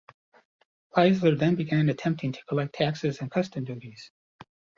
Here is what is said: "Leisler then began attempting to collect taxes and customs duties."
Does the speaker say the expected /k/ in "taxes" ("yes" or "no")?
yes